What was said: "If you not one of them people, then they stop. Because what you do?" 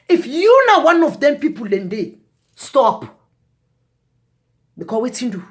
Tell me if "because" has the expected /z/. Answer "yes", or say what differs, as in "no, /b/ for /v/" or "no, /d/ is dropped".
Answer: no, /z/ is dropped